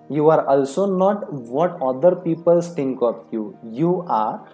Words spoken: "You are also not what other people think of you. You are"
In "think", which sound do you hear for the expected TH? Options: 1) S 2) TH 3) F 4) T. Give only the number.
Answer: 1